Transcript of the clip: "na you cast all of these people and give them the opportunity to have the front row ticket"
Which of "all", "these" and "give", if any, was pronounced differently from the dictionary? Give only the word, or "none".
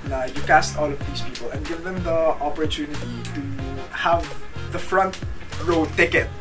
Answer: these